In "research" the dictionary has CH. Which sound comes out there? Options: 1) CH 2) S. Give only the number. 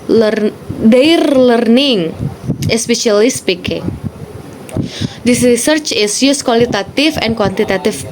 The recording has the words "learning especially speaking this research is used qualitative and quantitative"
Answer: 1